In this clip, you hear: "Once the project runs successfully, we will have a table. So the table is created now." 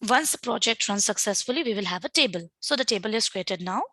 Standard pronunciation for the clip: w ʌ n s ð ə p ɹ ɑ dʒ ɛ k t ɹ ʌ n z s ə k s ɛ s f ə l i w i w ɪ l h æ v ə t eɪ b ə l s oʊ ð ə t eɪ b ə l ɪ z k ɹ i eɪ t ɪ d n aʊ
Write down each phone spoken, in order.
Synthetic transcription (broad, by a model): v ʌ n s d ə p ɹ ɑ dʒ ɛ k t ɹ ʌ n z s ə k s ɛ s f ə l i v i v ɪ l h æ v ə t eɪ b ə l s oʊ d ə t eɪ b ə l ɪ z k ɹ i eɪ t ɪ d n aʊ